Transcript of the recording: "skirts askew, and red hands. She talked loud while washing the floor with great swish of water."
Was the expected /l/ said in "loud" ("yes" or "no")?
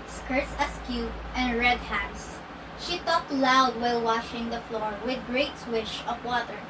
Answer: yes